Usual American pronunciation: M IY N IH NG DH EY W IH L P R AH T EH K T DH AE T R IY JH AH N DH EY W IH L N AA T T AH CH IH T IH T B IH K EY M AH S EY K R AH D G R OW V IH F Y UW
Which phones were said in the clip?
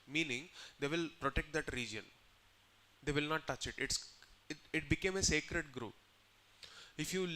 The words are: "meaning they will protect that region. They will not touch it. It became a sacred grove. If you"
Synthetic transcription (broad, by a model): M IY N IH NG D EY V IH L P R AH T EH K T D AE T R IY JH AH N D EY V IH L N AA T T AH CH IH T IH T B IH K EY M AH S EY K R AH D G R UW P IH F Y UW